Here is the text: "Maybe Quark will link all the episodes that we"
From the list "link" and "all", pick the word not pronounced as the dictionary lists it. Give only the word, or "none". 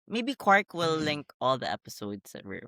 none